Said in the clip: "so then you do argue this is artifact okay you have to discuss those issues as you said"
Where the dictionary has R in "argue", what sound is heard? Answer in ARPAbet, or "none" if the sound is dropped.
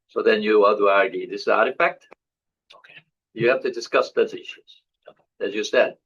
R